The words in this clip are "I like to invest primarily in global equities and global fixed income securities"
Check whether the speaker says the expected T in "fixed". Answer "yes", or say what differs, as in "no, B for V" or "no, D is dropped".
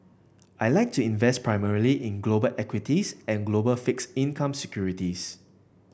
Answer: no, T is dropped